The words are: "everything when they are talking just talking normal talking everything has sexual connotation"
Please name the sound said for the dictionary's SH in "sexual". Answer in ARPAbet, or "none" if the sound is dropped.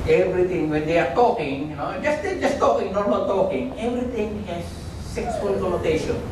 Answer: S